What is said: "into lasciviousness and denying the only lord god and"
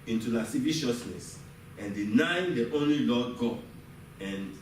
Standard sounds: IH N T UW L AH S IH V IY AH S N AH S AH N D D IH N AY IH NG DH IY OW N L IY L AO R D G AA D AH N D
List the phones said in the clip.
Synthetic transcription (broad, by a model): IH N T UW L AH S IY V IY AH S N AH S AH N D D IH N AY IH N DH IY OW N L IY L AO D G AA AH N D